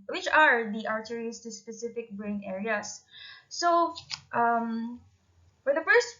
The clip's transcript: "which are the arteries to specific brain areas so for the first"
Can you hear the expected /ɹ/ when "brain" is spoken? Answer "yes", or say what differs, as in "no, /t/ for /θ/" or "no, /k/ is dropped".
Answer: yes